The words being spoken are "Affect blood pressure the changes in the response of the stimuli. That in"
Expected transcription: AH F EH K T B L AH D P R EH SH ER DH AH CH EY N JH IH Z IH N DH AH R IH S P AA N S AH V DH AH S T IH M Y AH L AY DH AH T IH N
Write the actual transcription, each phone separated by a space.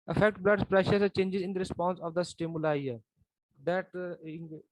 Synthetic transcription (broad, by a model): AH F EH K T B L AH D P R EH SH ER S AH CH EY N JH IH Z IH N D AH R IH S P AA N S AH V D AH S T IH M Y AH L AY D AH T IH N